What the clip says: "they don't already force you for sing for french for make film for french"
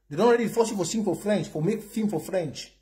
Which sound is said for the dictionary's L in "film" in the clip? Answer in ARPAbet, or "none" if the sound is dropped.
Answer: none